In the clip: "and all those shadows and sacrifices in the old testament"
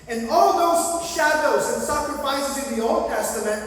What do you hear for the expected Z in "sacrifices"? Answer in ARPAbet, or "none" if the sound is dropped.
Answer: Z